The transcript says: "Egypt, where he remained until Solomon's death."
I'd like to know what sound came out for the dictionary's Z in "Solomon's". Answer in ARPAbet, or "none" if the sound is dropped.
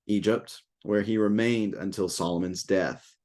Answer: Z